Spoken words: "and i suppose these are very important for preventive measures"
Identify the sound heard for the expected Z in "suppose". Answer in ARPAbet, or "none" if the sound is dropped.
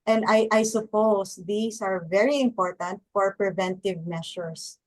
S